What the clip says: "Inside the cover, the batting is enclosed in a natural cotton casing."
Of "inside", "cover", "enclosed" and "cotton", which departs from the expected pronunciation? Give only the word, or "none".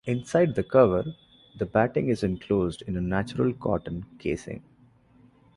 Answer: none